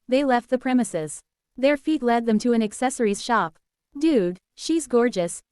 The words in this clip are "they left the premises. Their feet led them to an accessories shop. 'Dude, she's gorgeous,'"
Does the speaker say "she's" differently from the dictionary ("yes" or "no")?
no